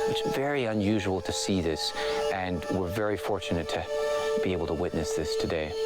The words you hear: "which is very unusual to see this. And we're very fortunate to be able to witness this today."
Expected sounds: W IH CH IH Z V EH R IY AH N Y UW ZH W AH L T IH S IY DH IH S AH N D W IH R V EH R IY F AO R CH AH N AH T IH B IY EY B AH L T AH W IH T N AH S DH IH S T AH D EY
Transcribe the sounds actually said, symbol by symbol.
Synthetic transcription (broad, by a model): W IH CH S V EH R IY AH N Y UW ZH W AH L T IH S IY DH IH S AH N W IH R V EH R IY F AO R CH AH N AH T IH B IY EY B L T AH W IH T N AH S DH IH S T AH D EY